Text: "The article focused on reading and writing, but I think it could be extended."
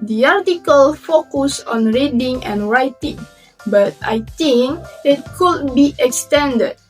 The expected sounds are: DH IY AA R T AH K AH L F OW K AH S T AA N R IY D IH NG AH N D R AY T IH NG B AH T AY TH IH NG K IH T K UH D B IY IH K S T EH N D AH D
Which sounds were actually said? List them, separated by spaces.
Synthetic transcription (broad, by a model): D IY AA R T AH K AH L F OW K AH S AA N R IY D IH NG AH N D R AY T IH NG B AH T AY T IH NG K IH T K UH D B IY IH K S T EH N D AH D